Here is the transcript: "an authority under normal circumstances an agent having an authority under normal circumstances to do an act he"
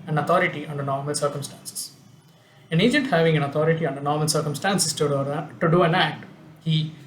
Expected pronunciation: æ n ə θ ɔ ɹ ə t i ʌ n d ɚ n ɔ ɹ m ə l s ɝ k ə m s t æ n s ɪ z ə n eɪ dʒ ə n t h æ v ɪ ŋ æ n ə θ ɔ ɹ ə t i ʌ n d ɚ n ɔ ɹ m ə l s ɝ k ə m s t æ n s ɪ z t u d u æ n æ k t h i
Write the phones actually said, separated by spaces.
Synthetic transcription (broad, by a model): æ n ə t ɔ ɹ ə t i ʌ n d ɚ n ɔ ɹ m ə l s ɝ k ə m s t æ n s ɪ s ə n eɪ dʒ ə n t h æ v ɪ ŋ æ n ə t ɔ ɹ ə t i ʌ n d ɚ n ɔ ɹ m ə l s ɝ k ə m s t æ n s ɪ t t u d u æ n æ k t h i